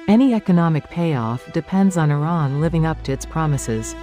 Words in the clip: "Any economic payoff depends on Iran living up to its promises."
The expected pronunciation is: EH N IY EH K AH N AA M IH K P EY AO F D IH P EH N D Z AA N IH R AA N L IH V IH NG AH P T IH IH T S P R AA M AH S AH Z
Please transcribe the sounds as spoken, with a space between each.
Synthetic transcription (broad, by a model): EH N IY EH K AH N AA M IH K P EY AO F D IH P EH N D Z N IH R AA N L IH V IH NG AH P T IH IH T S P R AA M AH S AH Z